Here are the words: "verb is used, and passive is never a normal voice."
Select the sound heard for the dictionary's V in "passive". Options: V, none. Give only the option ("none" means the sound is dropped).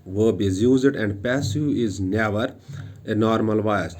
none